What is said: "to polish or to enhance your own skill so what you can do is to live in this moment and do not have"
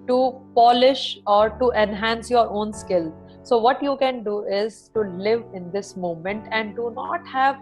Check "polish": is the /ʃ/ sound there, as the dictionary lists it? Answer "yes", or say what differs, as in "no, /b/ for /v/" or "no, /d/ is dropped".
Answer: yes